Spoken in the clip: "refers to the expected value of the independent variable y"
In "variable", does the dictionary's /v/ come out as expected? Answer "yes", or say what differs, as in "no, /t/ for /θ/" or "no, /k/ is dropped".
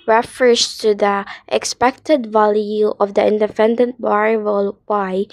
no, /b/ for /v/